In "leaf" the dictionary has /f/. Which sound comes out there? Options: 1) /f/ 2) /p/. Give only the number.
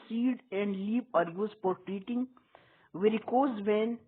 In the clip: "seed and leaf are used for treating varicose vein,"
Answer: 2